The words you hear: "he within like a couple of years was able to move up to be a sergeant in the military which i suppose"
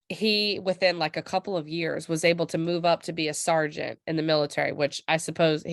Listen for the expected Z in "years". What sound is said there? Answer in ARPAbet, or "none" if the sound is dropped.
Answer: Z